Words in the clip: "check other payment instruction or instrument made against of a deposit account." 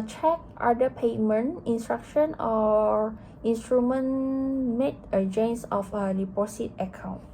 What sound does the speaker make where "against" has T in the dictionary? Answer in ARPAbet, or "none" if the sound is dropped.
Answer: none